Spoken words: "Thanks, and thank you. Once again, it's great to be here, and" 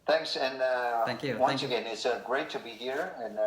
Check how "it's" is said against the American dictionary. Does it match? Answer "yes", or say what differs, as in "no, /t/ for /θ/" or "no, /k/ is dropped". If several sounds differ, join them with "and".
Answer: yes